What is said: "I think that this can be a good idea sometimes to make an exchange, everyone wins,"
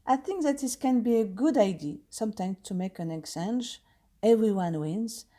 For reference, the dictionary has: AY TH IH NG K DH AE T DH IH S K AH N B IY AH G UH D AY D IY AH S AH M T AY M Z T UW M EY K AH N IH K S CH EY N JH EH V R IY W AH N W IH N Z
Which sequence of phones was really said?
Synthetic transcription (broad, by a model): AY TH IH NG K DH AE T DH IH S K AH N B IY AH G UH D AY D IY S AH M T AY M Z T UW M EY K AH N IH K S EY N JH EH V R IY W AH N W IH N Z